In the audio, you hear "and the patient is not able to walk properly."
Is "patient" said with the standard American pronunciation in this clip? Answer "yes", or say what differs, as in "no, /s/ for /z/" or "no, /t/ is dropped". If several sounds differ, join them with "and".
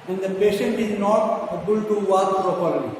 yes